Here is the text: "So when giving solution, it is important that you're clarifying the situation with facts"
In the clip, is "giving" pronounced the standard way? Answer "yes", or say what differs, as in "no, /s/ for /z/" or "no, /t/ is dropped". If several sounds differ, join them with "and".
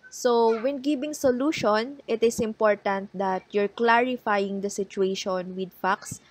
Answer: no, /b/ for /v/